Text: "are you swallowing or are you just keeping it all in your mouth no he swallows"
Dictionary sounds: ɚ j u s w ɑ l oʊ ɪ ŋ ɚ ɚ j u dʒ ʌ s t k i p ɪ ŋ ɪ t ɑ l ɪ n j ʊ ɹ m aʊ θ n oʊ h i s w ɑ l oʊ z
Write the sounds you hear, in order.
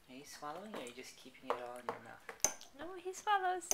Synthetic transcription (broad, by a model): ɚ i s w ɑ l oʊ ɪ ŋ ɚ ɚ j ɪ dʒ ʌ s k i p ɪ ŋ ɪ t ɑ l ɪ n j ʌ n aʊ f n oʊ h i s w ɑ l oʊ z